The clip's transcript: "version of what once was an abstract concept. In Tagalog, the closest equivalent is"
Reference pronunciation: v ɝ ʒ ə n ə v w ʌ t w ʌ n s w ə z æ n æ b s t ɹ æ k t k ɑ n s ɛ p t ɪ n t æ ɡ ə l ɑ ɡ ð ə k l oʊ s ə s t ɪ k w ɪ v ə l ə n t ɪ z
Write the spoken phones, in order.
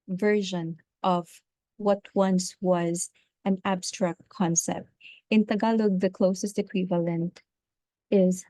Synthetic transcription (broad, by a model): v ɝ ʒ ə n ə v w ʌ t w ʌ n s w ə z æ n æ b s t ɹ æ k t k ɑ n s ɛ p t ɪ n t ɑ ɡ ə l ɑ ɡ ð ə k l oʊ s ə s t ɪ k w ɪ v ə l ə n t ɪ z